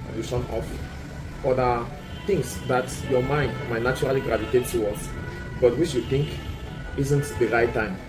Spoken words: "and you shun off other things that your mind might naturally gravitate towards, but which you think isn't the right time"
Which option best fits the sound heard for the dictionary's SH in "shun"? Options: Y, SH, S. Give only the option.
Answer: S